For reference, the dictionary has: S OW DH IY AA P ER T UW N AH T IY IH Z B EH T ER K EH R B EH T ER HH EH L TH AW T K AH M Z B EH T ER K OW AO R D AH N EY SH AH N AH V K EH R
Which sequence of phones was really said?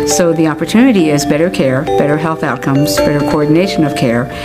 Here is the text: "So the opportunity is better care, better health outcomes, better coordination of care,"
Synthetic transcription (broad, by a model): S OW DH IY AA P ER T UW N AH T IY IH Z B EH T ER K EH R B EH T ER HH EH L TH AW T K AH M Z B EH T ER K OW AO R D N EY SH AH N AH V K EH R